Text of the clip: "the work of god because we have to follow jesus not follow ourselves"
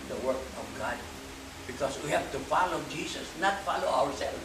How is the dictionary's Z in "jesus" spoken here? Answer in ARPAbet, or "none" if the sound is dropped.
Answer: S